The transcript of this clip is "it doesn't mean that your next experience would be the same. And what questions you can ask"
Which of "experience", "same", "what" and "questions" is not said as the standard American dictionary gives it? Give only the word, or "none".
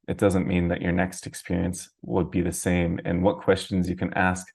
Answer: none